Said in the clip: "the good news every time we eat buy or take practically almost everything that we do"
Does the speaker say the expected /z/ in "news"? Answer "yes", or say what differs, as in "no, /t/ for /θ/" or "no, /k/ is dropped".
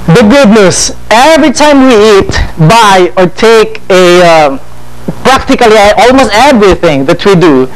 no, /s/ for /z/